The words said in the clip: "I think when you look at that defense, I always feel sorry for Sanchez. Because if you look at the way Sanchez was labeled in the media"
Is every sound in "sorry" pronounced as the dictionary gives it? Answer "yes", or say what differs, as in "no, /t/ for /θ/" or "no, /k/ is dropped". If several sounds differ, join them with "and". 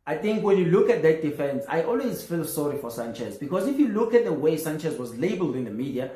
yes